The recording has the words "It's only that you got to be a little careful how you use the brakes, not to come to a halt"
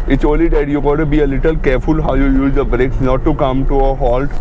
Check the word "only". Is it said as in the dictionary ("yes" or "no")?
no